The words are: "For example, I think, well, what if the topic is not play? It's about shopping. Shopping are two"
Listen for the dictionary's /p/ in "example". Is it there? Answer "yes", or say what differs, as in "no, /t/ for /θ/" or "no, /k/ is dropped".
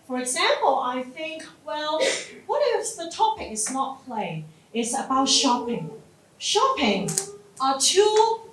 yes